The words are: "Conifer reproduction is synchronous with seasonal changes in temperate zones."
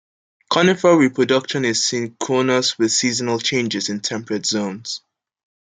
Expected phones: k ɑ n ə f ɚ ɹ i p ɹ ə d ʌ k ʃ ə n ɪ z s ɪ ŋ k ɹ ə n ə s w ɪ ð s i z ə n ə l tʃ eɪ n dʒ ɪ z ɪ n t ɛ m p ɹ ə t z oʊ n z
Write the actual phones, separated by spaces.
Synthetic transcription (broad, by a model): k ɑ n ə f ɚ ɹ i p ɹ ə d ʌ k ʃ ə n ɪ z s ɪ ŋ k ə n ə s w ɪ ð s i z ə n ə l tʃ eɪ n dʒ ɪ z ɪ n t ɛ m p ɹ ə t z oʊ n z